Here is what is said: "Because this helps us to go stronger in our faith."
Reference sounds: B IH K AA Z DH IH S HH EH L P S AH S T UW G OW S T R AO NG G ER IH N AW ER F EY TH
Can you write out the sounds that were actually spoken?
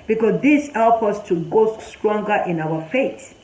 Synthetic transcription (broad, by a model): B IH K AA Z DH IH S HH EH L P AH S T UW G OW S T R AO NG G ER IH N AW ER F EY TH